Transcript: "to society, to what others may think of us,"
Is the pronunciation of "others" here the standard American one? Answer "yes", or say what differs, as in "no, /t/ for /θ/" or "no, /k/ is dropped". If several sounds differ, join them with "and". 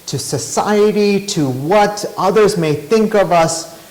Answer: yes